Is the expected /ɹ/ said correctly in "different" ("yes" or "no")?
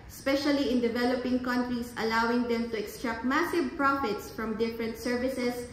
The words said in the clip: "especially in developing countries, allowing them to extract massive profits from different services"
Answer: yes